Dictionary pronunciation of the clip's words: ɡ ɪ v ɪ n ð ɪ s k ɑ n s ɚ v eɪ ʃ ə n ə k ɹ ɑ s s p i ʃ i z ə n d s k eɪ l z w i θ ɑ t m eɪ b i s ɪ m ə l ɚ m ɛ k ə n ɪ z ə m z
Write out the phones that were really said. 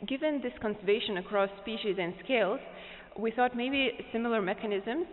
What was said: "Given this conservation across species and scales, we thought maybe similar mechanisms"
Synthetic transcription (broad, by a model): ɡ ɪ v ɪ n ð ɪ s k ɑ n s ɚ v eɪ ʃ ə n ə k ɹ ɑ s s p i ʃ i z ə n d s k eɪ l z w i θ ɑ t m eɪ b i s ɪ m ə l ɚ m ɛ k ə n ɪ z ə m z